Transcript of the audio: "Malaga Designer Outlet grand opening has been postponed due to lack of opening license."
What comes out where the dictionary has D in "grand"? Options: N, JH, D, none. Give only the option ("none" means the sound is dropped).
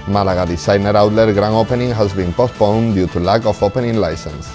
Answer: none